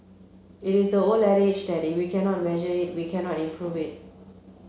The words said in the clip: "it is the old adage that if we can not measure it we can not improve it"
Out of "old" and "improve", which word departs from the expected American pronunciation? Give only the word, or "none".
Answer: old